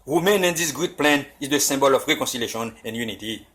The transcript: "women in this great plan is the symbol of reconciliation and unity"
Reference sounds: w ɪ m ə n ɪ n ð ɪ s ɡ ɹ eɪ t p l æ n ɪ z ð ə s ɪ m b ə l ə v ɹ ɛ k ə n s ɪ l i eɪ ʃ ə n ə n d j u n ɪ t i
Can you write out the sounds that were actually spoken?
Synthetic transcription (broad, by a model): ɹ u m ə n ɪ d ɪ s ɡ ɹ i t p l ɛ n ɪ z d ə s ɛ b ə l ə f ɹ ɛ k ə s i l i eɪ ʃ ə n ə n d j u n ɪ t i